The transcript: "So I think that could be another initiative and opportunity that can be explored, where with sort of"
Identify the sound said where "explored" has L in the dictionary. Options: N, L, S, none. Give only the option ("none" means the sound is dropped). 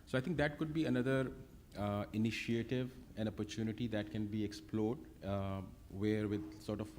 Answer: L